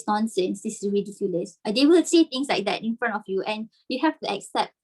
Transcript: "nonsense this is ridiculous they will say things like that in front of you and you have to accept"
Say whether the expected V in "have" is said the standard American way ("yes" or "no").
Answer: no